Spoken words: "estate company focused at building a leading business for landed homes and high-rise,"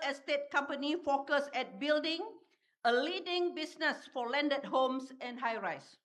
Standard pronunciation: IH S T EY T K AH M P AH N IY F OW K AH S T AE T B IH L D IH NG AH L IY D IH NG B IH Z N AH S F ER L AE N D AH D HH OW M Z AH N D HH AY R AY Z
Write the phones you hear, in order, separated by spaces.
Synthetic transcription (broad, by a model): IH S T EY T K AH M P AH N IY F OW K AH S EH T B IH L D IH NG AH L IY D IH NG B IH S N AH S F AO L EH N D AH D HH OW M S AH N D HH AY R AY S